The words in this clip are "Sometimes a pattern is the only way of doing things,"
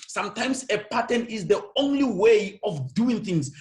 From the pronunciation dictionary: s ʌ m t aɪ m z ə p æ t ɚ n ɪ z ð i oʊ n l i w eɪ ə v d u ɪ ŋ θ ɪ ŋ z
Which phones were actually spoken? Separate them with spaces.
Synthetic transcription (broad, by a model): s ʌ m t aɪ m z ə p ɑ t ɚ n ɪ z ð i oʊ n l i w eɪ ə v d u ɪ ŋ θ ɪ ŋ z